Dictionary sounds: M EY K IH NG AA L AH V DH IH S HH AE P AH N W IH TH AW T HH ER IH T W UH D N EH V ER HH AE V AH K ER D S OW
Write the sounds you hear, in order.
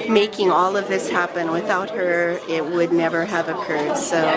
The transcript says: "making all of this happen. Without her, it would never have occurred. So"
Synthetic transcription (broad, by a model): M EY K IH NG AA L AH V DH IH S HH AE P AH N W IH TH AW T HH ER IH T W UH D N EH V ER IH V AH K ER D S OW